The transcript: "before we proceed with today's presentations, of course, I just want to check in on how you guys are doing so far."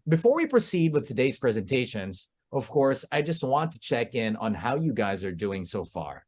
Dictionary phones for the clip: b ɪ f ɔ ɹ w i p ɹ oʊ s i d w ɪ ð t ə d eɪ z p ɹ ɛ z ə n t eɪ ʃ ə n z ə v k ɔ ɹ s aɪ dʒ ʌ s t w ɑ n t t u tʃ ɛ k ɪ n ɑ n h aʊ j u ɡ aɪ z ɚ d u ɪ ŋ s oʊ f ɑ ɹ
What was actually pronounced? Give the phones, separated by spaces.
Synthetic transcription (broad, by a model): b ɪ f ɔ ɹ w i p ɹ oʊ s i d w ɪ ð t ə d eɪ z p ɹ ɛ z ə n t eɪ ʃ ə n z ə v k ɔ ɹ s aɪ dʒ ʌ s t w ɑ n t t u tʃ ɛ k ɪ n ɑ n h aʊ j u ɡ aɪ z ɚ d u ɪ ŋ s oʊ f ɑ ɹ